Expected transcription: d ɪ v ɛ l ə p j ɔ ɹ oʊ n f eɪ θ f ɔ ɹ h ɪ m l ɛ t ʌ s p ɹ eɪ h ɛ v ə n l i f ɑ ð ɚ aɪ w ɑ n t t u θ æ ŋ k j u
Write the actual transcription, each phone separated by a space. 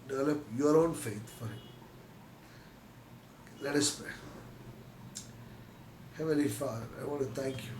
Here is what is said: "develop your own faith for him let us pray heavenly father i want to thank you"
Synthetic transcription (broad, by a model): d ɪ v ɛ l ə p j ɔ ɹ oʊ n f eɪ t f ɔ ɹ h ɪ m l ɛ t ʌ s p ɹ eɪ h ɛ v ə l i f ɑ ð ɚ aɪ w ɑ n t t u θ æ ŋ k j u